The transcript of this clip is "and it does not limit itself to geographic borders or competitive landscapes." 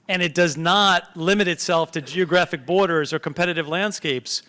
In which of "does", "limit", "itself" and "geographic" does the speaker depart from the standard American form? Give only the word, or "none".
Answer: none